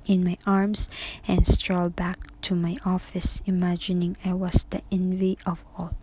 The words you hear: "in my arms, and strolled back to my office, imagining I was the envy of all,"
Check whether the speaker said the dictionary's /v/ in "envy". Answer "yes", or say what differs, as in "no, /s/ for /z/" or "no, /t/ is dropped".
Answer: yes